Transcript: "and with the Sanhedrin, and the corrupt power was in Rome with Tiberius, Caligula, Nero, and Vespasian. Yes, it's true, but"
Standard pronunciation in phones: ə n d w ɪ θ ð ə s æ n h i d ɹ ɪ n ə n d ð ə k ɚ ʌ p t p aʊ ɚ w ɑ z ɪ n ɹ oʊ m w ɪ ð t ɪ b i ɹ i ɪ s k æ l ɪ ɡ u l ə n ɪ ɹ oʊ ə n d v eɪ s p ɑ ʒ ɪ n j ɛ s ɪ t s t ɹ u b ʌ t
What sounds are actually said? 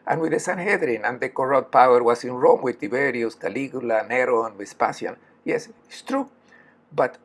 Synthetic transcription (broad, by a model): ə n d w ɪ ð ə s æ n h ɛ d ɹ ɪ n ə n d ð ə k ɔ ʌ t p aʊ ɚ w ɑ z ɪ n ɹ oʊ m w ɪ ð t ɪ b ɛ ɹ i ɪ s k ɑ l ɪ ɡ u l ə n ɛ ɹ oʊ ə n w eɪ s p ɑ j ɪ n j ɛ s ɪ t s t ɹ u b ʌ t